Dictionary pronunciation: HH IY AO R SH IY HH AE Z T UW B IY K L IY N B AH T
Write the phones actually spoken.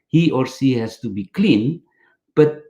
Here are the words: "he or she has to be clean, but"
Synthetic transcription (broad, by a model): HH IY AO R S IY HH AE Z T UW B IY K L IY N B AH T